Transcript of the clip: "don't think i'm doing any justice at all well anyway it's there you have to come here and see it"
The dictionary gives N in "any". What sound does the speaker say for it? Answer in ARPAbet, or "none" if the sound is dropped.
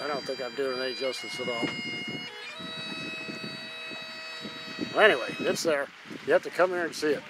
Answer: none